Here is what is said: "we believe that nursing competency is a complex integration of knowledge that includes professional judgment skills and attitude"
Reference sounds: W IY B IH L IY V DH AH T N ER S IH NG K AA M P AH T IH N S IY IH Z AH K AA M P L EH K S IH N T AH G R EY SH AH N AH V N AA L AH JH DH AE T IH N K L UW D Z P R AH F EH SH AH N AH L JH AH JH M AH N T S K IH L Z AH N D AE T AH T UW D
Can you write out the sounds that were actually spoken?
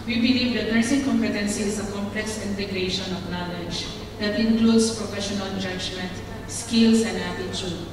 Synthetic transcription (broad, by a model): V IY B IH L IY V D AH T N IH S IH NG K AA M P AH T IH N S IY IH Z AH K AA M P L EH K S IH N T AH G R EY SH AH N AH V N AA L AH JH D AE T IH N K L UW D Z P R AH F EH SH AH N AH N JH AH JH M AH N T S K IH L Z AH N D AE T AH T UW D